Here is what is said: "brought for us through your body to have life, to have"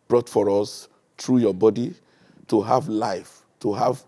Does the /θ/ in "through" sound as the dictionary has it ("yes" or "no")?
no